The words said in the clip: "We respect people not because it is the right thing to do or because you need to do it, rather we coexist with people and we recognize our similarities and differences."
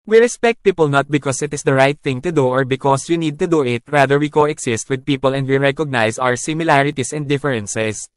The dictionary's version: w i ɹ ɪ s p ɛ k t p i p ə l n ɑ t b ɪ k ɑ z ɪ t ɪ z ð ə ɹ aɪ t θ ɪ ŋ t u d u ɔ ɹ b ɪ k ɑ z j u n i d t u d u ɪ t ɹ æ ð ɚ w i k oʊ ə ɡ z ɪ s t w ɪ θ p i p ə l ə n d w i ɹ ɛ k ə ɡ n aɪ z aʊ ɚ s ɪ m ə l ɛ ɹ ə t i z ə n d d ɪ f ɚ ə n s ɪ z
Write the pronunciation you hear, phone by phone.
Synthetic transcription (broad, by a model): w i ɹ ɪ s p ɛ k t p i p ə l n ɑ t b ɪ k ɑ s ɪ t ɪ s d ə ɹ aɪ t θ ɪ ŋ t u d u ɔ ɹ b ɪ k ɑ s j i n i d t u d u ɪ t ɹ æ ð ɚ w i k oʊ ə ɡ s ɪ s t w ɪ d p i p ə l ə n d w i ɹ ɛ k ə ɡ n aɪ s aʊ ɚ s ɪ m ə l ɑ ɹ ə t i s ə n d d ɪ f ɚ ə n s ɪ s